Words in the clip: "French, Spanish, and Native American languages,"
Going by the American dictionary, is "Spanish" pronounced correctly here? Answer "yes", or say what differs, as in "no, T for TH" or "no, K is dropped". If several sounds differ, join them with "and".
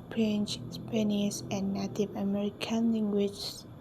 no, S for SH